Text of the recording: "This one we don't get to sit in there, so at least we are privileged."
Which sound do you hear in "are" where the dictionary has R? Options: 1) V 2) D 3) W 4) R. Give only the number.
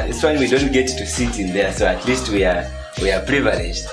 3